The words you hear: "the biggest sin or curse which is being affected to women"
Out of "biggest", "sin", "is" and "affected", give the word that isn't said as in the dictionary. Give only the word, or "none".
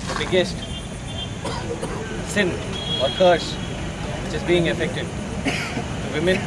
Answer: none